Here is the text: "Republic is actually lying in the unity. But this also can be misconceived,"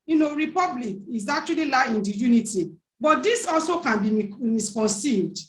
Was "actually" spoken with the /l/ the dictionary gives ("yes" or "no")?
no